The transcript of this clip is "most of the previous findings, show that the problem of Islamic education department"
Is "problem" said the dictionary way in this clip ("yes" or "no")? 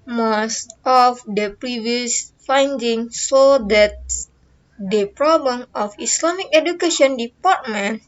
yes